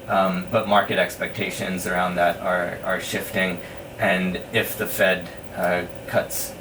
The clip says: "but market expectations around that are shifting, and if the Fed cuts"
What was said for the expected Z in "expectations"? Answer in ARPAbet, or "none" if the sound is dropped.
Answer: Z